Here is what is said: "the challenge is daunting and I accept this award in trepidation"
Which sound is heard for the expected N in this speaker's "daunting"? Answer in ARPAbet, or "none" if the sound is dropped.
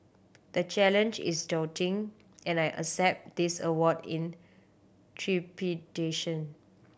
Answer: none